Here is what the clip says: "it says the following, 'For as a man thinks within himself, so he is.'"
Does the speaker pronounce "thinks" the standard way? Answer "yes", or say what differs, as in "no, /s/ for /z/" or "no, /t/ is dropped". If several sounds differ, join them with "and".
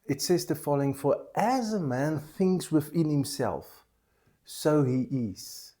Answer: yes